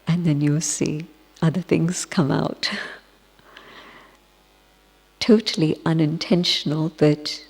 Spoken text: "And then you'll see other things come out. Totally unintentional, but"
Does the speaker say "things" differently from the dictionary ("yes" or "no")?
no